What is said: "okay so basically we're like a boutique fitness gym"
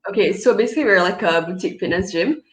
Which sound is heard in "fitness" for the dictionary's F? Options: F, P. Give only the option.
P